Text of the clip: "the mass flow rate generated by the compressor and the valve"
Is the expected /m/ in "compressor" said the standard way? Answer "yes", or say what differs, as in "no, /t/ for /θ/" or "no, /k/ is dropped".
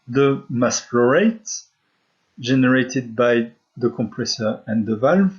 yes